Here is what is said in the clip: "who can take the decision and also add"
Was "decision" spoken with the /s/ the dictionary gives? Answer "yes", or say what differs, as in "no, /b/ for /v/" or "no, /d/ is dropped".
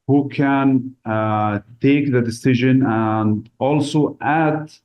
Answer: yes